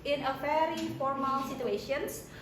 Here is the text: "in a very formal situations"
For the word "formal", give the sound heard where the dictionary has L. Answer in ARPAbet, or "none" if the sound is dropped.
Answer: L